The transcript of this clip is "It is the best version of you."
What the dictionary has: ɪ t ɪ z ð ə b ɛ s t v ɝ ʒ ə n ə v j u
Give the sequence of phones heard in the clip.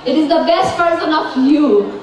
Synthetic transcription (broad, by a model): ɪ t ɪ z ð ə b ɛ s t p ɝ s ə n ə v j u